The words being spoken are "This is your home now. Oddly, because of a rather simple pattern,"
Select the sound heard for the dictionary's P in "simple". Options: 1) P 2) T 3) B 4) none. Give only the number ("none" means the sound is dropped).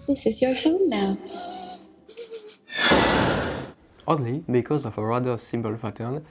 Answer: 3